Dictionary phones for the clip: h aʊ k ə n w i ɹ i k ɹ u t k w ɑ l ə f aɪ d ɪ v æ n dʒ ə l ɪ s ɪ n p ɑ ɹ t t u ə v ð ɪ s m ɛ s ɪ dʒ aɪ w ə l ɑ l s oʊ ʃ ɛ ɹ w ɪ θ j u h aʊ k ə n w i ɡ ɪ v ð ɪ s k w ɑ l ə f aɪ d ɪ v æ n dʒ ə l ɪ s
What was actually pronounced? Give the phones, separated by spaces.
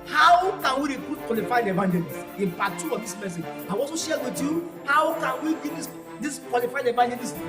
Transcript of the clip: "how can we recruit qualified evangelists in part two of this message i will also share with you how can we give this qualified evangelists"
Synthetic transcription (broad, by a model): h aʊ k ə n w i ɹ i k ɹ u t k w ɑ l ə f aɪ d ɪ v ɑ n dʒ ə l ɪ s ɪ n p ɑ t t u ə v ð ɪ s m ɛ s ɪ dʒ aɪ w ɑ s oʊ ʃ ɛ w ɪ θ j u h aʊ k ə n w i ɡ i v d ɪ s k w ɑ l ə f aɪ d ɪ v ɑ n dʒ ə l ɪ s